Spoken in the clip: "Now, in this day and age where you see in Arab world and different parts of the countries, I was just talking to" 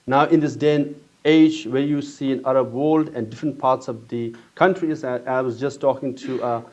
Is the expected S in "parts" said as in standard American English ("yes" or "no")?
yes